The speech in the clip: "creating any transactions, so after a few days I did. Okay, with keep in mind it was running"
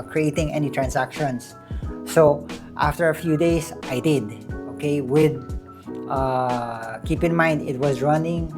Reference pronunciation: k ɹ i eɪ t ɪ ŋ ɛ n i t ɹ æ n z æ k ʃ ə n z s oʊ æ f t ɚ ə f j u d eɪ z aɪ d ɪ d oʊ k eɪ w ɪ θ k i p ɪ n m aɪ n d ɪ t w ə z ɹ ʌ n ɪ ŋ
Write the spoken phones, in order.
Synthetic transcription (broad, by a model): k ɹ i eɪ t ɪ ŋ ɛ n i t ɹ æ n s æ k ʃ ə n s oʊ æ f t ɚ ə f j u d eɪ s aɪ d ɪ d oʊ k eɪ w ɪ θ k i p ɪ n m aɪ n d ɪ t w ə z ɹ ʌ n ɪ ŋ